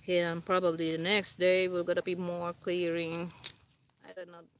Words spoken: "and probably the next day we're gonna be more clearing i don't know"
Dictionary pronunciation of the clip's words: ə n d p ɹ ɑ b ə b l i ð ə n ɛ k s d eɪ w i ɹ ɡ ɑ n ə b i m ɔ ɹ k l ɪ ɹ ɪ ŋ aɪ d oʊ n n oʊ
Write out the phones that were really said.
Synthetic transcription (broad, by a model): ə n p ɹ ɑ b ə b l i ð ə n ɛ k s d eɪ w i l ɡ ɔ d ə b i m ɔ ɹ k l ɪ ɹ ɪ ŋ aɪ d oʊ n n oʊ